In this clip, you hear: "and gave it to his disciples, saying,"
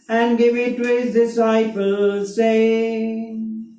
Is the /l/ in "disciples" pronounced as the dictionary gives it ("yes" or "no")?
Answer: yes